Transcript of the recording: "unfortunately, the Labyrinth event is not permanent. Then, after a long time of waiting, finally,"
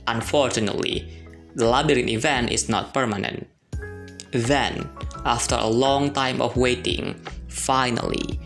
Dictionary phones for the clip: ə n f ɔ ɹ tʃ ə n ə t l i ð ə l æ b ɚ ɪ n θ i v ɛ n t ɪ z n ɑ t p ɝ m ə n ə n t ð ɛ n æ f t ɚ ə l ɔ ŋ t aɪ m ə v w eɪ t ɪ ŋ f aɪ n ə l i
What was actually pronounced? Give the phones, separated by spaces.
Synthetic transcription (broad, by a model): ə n f ɔ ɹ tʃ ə n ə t l i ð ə l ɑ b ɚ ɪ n i v ɛ n t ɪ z n ɑ t p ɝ m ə n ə n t ð ɛ n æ f t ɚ ə l ɔ ŋ t aɪ m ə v w eɪ t ɪ ŋ f aɪ n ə l i